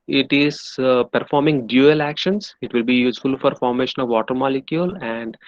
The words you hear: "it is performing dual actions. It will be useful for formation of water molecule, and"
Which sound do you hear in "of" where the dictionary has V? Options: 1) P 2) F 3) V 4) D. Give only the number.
3